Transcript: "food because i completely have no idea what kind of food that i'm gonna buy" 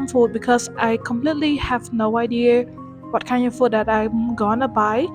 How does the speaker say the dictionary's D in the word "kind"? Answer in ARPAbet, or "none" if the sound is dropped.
none